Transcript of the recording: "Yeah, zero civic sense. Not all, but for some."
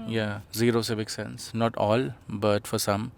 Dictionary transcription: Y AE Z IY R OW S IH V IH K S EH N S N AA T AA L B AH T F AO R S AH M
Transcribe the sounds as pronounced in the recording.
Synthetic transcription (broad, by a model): Y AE Z IY R OW S IH V IH K S EH N S N AA T AA L B AH T F AO R S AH M